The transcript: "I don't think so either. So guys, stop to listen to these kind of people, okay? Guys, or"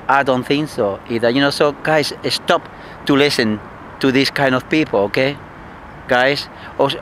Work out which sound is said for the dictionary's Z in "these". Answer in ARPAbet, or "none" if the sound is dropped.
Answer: S